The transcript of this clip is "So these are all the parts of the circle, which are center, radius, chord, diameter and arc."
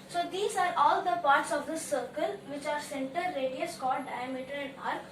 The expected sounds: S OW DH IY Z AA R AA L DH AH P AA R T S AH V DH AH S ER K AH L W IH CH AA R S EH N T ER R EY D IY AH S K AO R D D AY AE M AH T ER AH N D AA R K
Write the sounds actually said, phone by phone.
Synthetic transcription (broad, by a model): S OW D IY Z AA R AA L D AH P AA R T S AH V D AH S ER K AH L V IH CH AA R S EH N T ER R EY D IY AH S K AO L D D AY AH M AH T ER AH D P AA R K